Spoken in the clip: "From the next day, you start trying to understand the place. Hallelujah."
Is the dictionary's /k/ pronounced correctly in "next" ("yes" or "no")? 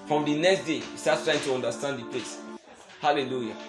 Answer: yes